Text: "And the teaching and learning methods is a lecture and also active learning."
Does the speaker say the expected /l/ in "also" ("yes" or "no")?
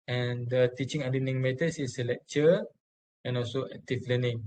yes